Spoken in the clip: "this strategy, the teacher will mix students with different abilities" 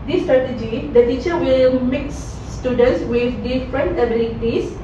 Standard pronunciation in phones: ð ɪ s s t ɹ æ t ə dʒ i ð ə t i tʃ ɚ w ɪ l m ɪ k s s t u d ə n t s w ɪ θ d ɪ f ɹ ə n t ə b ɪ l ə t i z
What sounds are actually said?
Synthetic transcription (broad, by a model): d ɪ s s t ɹ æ t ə dʒ i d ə t i tʃ ɚ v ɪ l m ɪ k s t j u d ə n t s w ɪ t d ɪ f ɹ ə n t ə b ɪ l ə t i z